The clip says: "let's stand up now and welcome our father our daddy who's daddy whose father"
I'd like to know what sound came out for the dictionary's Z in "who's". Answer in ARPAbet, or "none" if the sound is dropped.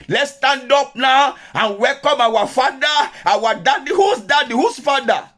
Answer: S